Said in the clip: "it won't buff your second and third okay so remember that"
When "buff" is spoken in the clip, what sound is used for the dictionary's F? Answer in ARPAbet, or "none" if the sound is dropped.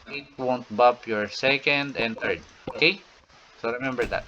P